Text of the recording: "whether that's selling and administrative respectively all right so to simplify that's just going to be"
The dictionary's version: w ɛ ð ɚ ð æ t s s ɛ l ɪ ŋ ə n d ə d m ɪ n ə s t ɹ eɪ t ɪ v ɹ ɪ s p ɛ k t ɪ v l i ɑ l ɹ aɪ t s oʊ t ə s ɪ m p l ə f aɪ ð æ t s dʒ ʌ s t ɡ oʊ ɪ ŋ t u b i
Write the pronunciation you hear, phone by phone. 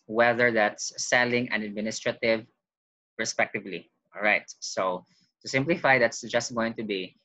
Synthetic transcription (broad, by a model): w ɛ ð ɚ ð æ t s s ɛ l ɪ ŋ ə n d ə d m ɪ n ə s t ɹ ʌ t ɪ v ɹ ɪ s p ɛ k t ɪ v l i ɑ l ɹ aɪ t s oʊ t ə s ɪ m p l ə f aɪ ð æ t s dʒ ʌ s t ɡ oʊ ɪ ŋ t u b i